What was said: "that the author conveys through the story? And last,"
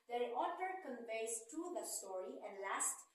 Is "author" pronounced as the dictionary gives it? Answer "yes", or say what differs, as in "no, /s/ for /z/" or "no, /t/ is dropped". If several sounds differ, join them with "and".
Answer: no, /t/ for /θ/